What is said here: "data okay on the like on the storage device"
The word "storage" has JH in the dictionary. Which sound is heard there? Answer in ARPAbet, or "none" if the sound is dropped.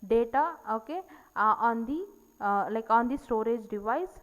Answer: JH